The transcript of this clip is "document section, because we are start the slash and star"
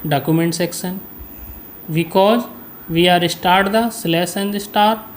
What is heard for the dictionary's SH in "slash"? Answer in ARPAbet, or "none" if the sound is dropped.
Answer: S